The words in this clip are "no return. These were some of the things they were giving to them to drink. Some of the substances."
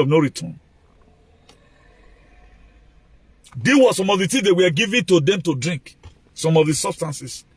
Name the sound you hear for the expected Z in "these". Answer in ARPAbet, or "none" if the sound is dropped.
none